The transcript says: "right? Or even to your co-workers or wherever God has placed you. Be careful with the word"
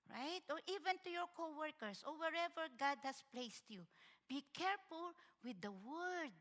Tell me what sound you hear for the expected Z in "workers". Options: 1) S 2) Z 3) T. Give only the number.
1